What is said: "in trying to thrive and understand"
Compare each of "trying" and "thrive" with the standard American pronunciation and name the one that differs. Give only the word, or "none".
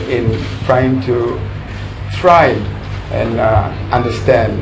thrive